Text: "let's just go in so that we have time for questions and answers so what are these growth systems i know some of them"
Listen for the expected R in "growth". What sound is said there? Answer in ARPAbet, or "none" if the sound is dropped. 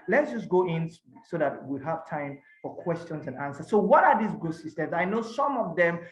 none